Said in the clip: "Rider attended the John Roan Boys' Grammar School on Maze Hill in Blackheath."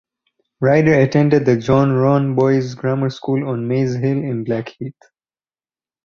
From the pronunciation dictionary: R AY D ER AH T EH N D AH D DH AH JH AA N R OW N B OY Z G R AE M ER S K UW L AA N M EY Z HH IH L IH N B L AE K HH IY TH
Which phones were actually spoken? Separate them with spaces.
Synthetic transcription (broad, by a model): R AY D ER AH T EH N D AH D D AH JH AA N R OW N B OY Z G R AE M ER S K UW L AA N M EY Z HH IH L IH N B L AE K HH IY T